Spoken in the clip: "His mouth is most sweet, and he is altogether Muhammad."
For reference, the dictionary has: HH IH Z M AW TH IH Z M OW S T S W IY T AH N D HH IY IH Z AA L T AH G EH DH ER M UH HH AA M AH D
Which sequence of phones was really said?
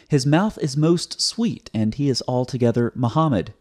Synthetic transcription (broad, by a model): HH IH Z M AW TH IH Z M OW S T S W IY T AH N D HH IY IH Z AA L T AH G EH DH ER M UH HH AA M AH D